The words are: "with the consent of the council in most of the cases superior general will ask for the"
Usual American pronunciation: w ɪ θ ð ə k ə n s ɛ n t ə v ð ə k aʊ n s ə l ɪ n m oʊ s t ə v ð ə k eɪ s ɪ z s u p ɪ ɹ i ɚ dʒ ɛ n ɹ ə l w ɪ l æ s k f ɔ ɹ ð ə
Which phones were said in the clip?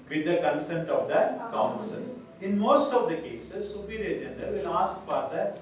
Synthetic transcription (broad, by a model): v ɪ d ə k ə n s ɛ n t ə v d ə k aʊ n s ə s ɪ n m oʊ s t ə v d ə k eɪ s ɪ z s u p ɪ ɹ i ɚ dʒ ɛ n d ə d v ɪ l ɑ s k p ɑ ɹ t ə